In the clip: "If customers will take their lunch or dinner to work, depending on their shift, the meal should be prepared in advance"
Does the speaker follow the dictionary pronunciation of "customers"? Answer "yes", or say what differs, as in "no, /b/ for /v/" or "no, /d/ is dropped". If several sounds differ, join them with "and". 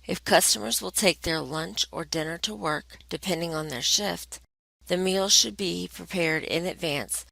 yes